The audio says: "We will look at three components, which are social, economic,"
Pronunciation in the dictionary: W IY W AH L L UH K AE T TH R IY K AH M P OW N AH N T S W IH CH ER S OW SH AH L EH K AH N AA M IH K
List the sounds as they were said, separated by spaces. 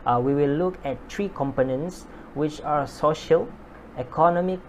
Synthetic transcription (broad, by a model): W IY W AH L L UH K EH T T R IY K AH M P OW N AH N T S W IH CH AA S OW SH AH L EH K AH N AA M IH K